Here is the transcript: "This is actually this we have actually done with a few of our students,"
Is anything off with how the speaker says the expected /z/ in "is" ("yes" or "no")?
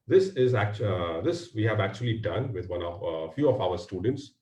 no